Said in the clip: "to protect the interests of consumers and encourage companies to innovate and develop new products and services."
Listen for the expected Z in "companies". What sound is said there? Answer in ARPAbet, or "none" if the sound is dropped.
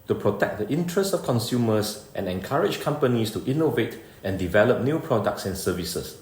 S